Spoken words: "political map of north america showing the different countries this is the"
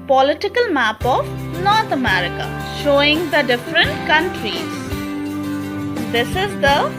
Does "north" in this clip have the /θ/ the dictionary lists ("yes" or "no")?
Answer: no